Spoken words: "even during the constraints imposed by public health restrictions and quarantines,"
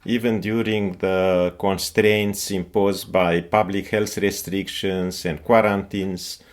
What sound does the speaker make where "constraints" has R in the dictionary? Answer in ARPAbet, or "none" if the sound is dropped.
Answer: R